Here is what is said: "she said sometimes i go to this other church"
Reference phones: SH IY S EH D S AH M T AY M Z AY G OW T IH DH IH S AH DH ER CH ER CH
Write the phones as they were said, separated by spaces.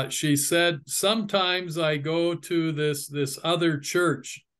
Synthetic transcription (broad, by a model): SH IY S EH D S AH M T AY M Z AY G OW T IH DH IH S AH DH ER CH ER CH